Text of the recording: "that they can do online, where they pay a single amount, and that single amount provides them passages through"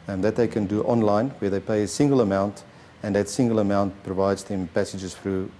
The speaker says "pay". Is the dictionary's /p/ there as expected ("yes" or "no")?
yes